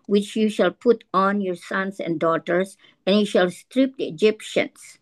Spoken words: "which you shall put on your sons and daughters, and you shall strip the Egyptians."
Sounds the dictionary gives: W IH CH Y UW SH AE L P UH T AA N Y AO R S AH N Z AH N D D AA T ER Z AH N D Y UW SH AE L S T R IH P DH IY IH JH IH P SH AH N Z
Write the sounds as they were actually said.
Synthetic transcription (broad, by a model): W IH CH Y UW SH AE L P UH T AA N Y AO R S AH N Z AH N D D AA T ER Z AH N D Y UW SH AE L S T R IH P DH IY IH JH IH P SH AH N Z